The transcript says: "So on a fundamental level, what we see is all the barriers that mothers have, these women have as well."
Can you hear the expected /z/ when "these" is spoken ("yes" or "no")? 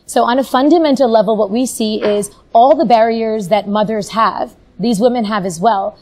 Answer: yes